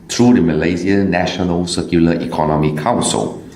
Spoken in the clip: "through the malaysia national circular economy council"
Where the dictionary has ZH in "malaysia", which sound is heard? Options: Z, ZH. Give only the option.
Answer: Z